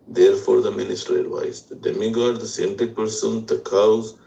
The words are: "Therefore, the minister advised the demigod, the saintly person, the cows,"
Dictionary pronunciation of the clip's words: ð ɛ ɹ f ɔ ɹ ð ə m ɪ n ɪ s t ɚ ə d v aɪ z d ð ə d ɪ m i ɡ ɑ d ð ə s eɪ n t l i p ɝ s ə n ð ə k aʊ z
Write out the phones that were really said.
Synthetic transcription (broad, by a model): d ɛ ɹ f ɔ ɹ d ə m ɪ n ɪ s t ɚ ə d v aɪ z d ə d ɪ m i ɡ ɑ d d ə s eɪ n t i p ɝ s ə n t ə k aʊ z